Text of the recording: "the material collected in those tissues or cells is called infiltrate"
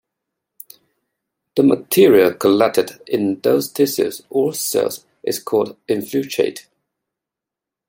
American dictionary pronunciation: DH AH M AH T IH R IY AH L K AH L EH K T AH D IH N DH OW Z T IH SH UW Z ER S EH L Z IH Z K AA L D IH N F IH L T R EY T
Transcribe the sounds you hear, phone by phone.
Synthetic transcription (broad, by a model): DH AH M AH T IH R IY AH L K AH L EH T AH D IH N DH OW Z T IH S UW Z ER S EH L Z IH Z K AA L D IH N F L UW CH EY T